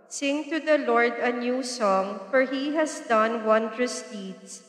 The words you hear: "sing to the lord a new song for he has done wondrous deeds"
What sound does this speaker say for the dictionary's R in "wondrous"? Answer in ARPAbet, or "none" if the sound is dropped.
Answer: R